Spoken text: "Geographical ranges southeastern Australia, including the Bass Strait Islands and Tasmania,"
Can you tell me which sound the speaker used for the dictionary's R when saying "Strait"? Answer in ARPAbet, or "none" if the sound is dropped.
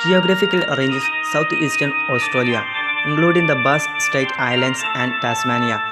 none